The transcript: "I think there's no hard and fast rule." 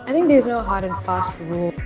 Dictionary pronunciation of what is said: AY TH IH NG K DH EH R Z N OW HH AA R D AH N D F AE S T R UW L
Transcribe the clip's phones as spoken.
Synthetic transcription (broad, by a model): AY TH IH NG K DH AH R Z N OW HH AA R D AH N F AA S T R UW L